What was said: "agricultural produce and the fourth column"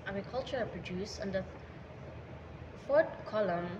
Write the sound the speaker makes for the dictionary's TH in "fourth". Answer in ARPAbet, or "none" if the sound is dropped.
T